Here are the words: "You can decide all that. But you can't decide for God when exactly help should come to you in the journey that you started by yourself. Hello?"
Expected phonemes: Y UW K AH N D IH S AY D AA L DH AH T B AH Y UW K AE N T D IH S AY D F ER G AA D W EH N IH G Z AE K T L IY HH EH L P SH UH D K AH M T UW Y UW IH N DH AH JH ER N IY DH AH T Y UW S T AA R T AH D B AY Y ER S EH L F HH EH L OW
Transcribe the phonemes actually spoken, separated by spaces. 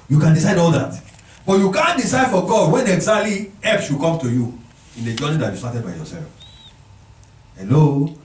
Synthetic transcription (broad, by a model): Y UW K AH N D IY S AY D AA L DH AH T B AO Y UW K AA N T D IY S AY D F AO G AA D W EH N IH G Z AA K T L IY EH P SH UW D K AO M T UW Y UW IH N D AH JH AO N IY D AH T Y UW S T AA T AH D B AY Y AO S EH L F HH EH L OW